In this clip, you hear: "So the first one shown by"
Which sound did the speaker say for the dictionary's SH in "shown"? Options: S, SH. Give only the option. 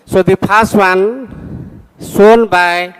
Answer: S